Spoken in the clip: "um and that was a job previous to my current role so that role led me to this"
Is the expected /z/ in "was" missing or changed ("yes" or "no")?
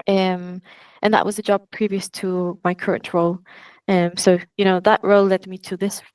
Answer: no